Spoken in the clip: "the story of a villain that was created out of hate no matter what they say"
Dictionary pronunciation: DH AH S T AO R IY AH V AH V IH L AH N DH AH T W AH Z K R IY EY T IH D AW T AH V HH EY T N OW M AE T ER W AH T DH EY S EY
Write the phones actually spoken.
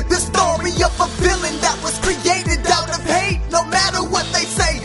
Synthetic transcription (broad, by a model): DH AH S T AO R IY AH V AH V IH L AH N DH AH T W AH Z K R IY EY T IH D AW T AH V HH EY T N OW M AE T ER W AH T DH EY S EY